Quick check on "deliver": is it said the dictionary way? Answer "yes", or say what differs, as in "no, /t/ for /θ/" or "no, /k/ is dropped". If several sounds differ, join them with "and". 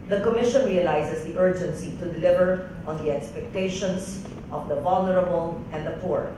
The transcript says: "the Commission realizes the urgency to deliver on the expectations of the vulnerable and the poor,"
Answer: yes